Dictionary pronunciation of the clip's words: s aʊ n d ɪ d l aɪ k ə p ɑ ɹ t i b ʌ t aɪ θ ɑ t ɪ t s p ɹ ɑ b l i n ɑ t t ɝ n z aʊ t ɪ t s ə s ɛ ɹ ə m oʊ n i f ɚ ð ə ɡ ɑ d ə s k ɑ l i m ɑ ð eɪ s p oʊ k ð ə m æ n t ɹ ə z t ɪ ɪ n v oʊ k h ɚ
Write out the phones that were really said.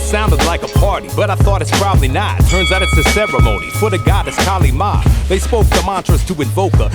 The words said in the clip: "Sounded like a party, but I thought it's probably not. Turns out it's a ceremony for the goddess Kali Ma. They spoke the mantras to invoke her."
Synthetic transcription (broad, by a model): s aʊ n d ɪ d l aɪ k ə p ɑ ɹ t i b ʌ t aɪ θ ɑ t ɪ t s p ɹ ɑ b l i n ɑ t t ɝ n z aʊ t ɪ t ə s ɛ ɹ ə m oʊ n i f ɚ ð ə ɡ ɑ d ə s k ɑ l i m ɑ ð eɪ s p oʊ k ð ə m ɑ n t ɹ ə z t ɪ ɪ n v oʊ k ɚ